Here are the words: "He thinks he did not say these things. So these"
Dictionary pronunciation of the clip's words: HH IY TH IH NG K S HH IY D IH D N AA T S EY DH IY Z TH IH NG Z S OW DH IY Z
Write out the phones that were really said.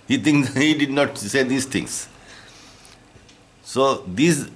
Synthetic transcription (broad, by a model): HH IY T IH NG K HH IY D IH D N AA T S EY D IY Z T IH NG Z S OW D IY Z